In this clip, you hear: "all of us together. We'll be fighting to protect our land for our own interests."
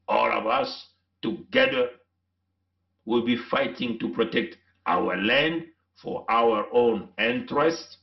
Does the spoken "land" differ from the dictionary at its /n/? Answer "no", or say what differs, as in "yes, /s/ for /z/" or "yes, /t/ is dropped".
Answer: no